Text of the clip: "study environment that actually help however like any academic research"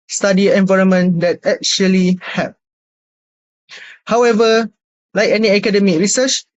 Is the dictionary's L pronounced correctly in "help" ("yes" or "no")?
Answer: no